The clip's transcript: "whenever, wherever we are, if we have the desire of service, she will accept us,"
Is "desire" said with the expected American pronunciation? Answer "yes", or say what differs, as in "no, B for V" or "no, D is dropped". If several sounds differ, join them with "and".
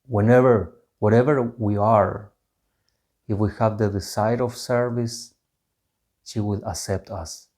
no, S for Z